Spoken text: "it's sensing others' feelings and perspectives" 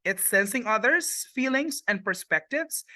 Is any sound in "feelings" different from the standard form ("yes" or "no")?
no